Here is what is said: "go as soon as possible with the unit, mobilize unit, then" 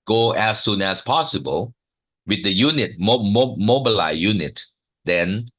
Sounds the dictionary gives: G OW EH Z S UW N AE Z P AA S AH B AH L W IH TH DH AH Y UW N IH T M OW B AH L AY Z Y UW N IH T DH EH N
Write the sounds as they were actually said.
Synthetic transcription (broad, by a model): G OW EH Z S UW N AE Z P AA S AH B AH L W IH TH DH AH Y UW N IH T M OW B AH L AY Y UW N IH T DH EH N